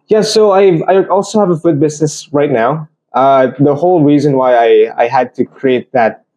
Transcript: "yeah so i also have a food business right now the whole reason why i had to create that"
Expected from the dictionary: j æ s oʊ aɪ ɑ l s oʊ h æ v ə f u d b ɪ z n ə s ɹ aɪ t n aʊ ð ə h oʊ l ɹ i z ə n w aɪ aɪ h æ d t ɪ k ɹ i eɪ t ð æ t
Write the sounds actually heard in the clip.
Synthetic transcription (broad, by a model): j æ s oʊ aɪ ɑ l s oʊ h æ v ə f u d b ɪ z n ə s ɹ aɪ t n aʊ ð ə h oʊ l ɹ i z ə n w aɪ aɪ h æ d t ɪ k ɹ i eɪ t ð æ t